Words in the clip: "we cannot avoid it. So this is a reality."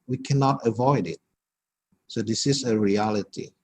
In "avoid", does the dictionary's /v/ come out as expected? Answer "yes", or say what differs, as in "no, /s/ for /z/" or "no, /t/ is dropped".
yes